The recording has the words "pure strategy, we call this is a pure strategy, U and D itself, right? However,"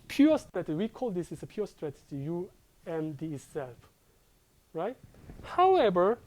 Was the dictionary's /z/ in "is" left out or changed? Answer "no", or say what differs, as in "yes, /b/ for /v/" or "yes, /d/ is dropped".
yes, /s/ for /z/